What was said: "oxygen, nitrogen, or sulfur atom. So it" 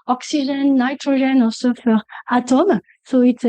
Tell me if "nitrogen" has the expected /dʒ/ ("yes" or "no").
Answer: no